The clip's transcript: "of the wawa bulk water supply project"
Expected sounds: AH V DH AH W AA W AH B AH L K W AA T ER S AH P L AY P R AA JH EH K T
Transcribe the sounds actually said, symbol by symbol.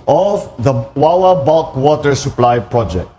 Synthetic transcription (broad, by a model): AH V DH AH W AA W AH B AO K W AA T ER S AH P L AY P R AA JH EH K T